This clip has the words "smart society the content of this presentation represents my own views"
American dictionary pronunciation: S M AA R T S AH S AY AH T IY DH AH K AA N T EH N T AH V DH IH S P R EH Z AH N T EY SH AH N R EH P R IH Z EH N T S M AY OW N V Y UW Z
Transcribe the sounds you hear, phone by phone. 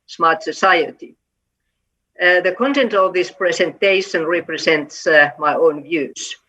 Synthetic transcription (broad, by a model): S M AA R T S AH S AY AH T IY DH AH K AA N T EH N T AH V DH IH S P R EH S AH N T EY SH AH N R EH P R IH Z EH N T S M AY OW N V Y UW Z